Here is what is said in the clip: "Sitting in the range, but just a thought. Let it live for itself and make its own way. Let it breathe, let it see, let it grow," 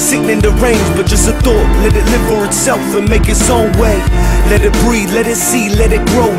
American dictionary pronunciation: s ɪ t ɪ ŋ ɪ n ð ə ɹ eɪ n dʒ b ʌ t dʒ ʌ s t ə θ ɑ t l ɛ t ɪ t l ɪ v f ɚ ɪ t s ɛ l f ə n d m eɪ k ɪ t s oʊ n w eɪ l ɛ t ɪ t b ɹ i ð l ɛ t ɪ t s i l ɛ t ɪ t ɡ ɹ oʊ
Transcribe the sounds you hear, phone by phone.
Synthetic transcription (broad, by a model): s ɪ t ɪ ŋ ɪ n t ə ɹ eɪ n z b ʌ t dʒ ʌ s t ə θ ɑ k l ɛ t ɪ t l ɪ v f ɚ ɪ t s ɛ l f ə n m eɪ k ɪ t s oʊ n w eɪ l ɛ t ɪ t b ɹ i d l ɛ t ɪ t s i l ɛ t ɪ t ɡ ɹ oʊ